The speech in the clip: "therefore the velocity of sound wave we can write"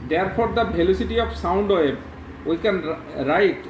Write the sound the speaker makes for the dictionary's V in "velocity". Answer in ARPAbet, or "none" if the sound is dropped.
B